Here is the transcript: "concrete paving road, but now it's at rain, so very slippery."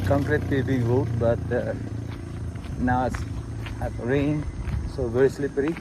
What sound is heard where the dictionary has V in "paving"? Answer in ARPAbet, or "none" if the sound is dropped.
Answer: B